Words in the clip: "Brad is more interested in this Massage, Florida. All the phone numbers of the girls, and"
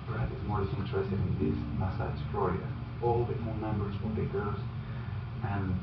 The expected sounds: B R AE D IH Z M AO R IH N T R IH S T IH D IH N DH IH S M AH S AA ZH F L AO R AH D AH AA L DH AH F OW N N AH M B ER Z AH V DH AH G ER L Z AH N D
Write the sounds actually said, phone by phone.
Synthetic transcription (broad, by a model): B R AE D IH Z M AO R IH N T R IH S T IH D IH N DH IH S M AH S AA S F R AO R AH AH AA L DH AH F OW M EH M B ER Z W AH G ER Z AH N